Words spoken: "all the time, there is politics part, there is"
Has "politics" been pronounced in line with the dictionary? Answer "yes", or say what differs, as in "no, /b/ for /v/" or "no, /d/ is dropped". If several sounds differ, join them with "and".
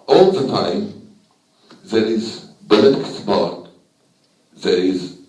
no, /b/ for /p/